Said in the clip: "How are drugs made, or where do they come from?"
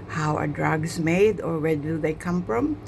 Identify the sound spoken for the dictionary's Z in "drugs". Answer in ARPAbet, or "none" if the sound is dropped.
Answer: S